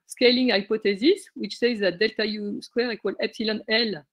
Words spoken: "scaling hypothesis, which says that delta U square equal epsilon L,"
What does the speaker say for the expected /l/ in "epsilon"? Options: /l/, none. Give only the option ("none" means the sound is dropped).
/l/